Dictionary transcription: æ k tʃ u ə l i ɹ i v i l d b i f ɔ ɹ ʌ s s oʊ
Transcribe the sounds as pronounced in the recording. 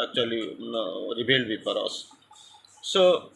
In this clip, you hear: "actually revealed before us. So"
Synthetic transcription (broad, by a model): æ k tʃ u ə l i ɹ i b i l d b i p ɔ ɹ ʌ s s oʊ